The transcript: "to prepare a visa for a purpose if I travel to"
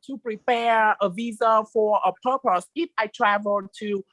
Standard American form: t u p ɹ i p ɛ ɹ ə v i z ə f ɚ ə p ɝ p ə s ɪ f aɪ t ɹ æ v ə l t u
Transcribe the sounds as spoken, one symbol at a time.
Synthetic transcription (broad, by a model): t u p ɹ i p ɛ ɹ ə v i z ə f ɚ ə p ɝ p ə s ɪ f aɪ t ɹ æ v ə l t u